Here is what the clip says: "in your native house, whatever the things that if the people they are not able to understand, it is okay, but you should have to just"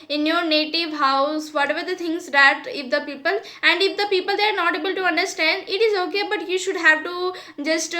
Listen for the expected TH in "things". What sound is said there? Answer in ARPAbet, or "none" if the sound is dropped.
T